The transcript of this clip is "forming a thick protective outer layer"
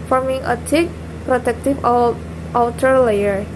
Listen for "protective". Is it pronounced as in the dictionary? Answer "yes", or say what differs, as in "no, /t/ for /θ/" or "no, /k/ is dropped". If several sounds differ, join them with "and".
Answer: no, /f/ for /v/